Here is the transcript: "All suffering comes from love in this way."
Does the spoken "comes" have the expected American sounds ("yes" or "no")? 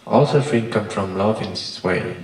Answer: no